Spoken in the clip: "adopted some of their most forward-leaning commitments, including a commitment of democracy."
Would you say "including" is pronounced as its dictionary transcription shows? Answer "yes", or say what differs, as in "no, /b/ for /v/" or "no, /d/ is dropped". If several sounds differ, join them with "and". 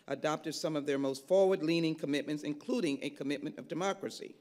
yes